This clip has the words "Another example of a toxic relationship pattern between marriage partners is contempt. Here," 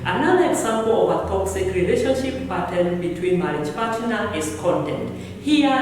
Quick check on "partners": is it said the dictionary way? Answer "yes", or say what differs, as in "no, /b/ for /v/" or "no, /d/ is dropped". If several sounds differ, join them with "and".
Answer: no, /z/ is dropped